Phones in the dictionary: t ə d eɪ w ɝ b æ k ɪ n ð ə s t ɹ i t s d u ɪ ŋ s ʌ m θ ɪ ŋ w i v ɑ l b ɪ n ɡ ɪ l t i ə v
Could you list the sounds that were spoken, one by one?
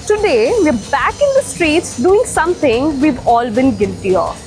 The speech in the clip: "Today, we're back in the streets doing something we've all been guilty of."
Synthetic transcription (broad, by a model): t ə d eɪ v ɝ b æ k ɪ n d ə s t ɹ i t s d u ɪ ŋ s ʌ m t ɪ ŋ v i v ɑ l b ɪ n ɡ ɪ l t i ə